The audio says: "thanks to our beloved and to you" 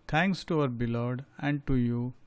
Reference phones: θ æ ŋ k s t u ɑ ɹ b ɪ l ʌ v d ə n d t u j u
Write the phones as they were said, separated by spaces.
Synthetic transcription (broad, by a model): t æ ŋ k s t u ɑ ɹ b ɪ l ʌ d ə n d t u j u